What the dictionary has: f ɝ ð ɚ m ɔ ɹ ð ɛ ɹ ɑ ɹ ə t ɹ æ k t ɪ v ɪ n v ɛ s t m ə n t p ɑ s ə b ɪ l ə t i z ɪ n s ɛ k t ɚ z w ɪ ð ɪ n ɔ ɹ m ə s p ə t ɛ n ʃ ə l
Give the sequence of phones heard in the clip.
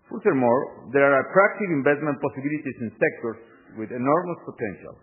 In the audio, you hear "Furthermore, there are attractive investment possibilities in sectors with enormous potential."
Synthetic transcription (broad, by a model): f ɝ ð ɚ m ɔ ɹ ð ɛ ɹ ɑ ɹ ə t ɹ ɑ k t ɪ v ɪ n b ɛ s t m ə n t p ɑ s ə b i l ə t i s ɪ n s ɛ k t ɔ s w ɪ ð ɪ n ɔ ɹ m ə s p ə t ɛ n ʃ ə l